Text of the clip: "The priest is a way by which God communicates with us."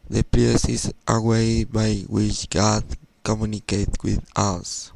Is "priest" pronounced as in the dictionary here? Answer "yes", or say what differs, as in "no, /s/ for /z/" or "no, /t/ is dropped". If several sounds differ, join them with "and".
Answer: no, /t/ is dropped